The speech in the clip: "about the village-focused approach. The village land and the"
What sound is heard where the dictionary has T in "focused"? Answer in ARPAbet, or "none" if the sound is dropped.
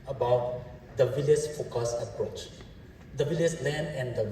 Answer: none